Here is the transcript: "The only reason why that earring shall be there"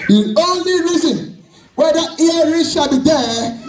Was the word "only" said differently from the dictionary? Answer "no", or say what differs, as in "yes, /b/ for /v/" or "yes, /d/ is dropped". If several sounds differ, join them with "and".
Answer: no